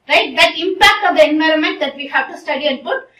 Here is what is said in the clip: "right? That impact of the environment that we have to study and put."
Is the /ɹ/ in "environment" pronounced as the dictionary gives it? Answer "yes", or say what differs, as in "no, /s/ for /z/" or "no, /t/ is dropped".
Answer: yes